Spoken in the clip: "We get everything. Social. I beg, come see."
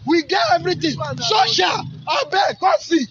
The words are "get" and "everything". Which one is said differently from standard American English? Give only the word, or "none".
everything